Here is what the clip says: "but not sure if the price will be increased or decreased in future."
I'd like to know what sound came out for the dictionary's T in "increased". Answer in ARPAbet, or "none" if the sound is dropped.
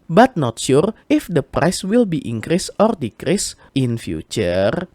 none